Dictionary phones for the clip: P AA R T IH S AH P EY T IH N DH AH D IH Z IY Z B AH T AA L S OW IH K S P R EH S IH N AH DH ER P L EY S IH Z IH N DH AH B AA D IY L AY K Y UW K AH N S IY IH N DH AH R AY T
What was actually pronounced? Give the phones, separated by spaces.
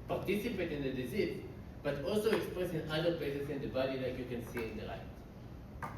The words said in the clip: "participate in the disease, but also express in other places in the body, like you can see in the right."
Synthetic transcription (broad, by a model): P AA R T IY S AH P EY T IH N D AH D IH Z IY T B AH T AA L S OW IH K S P R EH S IH N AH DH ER P L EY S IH S IH N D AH B AA D IY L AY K Y UW K AH N S IY IH N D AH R AY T